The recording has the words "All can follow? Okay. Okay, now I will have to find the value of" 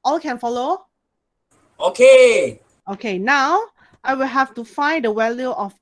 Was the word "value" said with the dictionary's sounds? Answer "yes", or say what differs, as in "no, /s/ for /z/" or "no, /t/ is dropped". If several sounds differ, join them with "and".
no, /w/ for /v/